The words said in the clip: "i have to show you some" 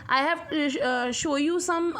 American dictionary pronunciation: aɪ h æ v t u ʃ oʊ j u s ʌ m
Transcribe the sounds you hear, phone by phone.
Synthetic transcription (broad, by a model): aɪ h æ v t u ʃ oʊ j u s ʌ m